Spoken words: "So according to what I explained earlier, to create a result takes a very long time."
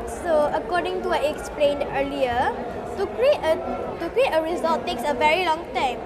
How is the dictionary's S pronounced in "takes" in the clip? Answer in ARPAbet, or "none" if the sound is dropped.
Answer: S